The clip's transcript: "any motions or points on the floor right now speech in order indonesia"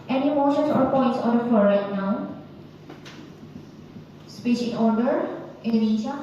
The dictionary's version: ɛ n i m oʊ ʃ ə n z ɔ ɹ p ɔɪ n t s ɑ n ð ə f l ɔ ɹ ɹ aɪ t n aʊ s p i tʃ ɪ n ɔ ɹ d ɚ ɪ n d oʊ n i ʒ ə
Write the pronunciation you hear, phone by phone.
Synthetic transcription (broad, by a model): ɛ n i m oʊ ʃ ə n s ɔ ɹ p ɔɪ n t s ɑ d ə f ɔ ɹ ɹ aɪ t n aʊ s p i ʃ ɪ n ɔ ɹ d ɚ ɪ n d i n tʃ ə